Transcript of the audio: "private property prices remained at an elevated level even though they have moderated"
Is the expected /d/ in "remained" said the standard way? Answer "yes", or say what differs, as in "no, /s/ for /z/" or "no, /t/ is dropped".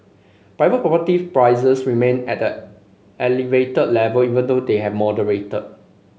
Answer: no, /d/ is dropped